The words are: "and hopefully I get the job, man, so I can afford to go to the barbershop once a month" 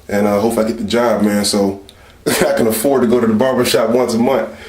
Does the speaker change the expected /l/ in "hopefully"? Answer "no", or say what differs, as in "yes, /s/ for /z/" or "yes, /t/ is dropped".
yes, /l/ is dropped